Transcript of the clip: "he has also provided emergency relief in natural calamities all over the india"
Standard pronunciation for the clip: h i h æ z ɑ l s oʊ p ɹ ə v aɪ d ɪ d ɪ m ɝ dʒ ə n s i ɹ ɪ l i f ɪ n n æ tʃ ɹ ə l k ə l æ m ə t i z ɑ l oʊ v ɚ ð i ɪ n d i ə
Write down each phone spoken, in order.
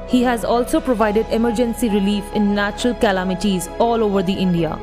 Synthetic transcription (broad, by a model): h i h æ z ɑ l s oʊ p ɹ ə v aɪ d ɪ d ɪ m ɝ dʒ ə n s i ɹ ɪ l i f ɪ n n æ tʃ ɹ ə l k ə l æ m ə t i z ɑ l oʊ v ɚ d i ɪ n d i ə